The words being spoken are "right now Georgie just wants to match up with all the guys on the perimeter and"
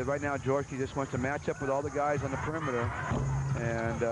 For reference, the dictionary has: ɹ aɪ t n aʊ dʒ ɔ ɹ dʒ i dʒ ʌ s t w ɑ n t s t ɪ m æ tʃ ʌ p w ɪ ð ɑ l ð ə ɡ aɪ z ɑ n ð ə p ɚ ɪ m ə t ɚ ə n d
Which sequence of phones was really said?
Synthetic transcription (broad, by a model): ɹ aɪ t n aʊ dʒ ɔ ɹ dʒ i dʒ ʌ s t w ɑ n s t ɪ m æ tʃ ʌ p w ɪ ð ɑ l ð ə ɡ aɪ z n ð ə p ɚ ɪ m ə t ɚ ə n